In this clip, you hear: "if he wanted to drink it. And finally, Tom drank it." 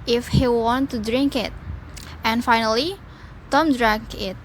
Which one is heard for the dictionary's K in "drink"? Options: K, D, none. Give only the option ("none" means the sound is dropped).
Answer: K